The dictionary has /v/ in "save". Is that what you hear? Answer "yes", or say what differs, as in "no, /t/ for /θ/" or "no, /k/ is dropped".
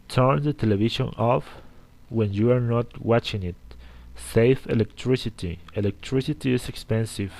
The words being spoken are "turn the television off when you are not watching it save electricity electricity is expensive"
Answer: no, /f/ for /v/